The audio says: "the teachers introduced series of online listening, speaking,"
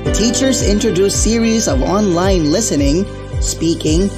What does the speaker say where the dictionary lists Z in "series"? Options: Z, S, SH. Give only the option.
Z